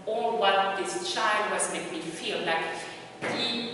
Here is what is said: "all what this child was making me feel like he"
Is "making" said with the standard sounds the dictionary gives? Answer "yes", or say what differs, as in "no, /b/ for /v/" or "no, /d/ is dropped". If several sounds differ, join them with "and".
no, /k/ is dropped